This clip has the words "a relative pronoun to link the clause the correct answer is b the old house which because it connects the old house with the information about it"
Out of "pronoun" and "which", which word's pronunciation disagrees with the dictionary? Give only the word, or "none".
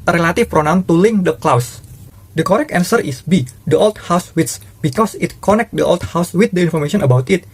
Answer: which